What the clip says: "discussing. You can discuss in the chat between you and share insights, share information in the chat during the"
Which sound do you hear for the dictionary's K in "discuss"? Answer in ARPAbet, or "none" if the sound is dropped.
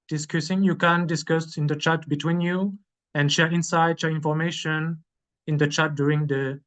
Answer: K